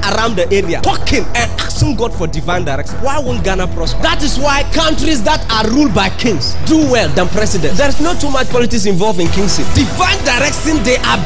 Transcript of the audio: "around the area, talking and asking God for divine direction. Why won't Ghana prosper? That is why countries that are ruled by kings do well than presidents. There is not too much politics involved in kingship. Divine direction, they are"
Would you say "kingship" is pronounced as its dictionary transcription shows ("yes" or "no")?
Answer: no